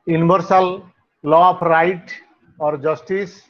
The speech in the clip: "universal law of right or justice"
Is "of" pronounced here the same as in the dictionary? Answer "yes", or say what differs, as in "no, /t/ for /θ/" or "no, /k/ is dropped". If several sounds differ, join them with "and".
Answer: no, /p/ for /v/